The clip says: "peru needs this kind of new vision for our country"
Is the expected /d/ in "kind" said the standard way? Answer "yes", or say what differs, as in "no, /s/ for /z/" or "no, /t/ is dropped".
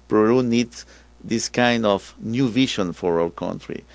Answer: yes